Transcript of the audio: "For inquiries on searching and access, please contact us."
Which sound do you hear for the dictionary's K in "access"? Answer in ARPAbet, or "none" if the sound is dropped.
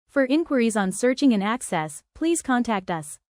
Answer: K